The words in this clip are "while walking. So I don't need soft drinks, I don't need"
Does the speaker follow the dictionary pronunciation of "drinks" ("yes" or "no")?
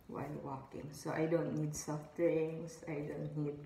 no